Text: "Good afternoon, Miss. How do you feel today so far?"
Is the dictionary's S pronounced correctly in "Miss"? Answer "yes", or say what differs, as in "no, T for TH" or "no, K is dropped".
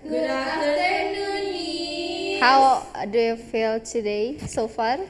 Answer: no, S is dropped